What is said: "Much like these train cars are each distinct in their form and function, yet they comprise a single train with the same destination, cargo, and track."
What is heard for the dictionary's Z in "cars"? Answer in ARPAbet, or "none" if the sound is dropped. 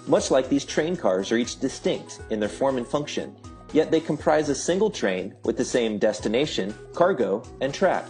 Z